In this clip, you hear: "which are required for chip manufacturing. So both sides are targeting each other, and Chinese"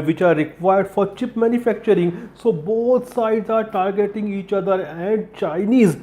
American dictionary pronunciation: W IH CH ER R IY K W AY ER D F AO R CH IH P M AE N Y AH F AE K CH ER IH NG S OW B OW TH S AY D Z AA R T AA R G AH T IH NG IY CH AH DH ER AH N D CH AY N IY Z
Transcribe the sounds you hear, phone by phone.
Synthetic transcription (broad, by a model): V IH CH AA R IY K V AY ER D F AO R CH IH P M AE N Y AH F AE K CH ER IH NG S OW B OW T S AY D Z AA R T AA R G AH T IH NG IY CH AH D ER AH N D CH AY N IY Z